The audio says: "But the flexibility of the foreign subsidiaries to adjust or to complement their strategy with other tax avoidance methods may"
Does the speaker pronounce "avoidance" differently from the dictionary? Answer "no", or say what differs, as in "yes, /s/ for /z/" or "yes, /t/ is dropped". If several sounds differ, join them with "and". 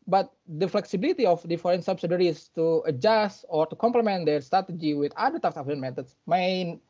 yes, /s/ is dropped